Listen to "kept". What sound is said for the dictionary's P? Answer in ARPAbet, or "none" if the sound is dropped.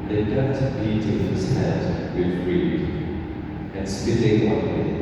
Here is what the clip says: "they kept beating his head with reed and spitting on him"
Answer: none